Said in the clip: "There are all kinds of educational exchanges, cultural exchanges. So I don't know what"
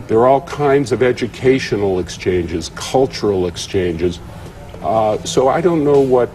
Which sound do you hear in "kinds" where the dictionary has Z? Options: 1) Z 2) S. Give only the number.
1